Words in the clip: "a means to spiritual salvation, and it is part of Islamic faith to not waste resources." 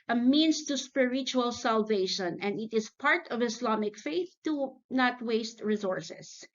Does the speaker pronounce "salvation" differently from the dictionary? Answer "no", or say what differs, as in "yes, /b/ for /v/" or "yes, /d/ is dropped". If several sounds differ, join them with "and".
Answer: no